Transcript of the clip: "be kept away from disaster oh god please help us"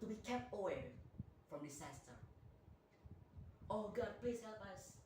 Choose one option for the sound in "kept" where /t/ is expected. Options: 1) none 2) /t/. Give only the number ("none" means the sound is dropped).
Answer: 2